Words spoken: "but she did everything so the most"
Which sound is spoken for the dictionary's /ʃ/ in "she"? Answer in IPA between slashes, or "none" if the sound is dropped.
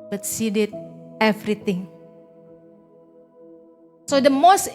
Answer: /s/